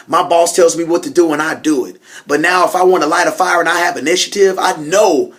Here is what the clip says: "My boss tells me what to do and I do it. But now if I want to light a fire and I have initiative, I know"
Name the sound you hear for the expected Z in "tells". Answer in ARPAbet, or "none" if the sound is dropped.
Z